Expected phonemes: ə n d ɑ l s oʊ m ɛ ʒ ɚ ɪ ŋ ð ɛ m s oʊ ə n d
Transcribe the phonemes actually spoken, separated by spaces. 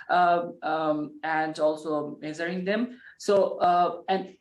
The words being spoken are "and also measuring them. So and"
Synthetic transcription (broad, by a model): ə n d ɑ l s oʊ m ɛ z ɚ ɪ ŋ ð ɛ m s oʊ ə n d